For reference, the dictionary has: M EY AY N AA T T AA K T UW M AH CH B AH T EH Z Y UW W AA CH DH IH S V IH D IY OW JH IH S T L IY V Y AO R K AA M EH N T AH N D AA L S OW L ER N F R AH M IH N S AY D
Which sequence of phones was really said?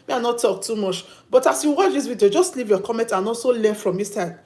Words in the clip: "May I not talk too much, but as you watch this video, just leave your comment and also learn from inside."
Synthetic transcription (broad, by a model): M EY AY N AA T T AA K T UW M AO CH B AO T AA S Y UW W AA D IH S W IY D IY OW JH IH S T L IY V Y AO K AA M EH N T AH N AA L S OW L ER N F R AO M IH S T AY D